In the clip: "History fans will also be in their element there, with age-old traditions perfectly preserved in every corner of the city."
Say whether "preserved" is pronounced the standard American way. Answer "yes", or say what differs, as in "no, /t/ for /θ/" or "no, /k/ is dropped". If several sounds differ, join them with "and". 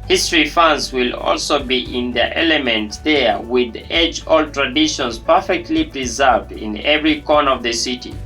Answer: yes